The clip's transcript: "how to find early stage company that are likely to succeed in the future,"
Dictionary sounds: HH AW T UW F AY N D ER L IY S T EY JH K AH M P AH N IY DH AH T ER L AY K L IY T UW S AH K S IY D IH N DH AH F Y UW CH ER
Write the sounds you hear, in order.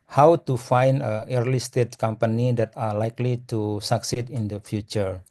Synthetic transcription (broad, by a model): HH AW T UW F AY N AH ER L IY S T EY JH K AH M P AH N IY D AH T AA L AY K L IY T UW S AH K S IY D IH N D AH F Y UW CH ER